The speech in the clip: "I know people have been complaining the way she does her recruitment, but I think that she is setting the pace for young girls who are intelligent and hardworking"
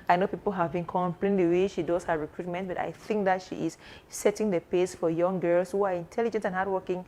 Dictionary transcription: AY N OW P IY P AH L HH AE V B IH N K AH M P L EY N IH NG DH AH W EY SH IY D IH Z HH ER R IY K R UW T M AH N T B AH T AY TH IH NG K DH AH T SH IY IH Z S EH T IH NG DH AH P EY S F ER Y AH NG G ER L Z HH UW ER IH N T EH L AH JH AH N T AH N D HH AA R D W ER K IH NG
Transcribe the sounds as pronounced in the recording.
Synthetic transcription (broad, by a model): AY N OW P IY P AH L HH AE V B IH N K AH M P L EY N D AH W EY SH IY D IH S HH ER R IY K R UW T M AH N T B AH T AY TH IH NG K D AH T SH IY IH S S EH T IH NG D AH P EY S F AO Y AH NG G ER L S HH UW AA IH N T EH L AH JH AH N T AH N HH AA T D W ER K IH NG